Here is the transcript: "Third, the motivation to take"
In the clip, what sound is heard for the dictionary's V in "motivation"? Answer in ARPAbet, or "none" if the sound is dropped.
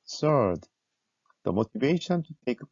V